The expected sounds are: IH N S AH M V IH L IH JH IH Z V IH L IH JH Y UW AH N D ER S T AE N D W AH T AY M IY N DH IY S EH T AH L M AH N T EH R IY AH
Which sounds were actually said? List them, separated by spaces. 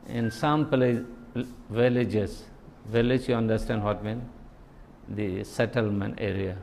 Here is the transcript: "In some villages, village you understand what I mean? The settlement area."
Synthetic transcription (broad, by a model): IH N S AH M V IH L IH JH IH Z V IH L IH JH Y UW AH N D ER S T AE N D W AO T M IY N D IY S EH T AH L M AH N T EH R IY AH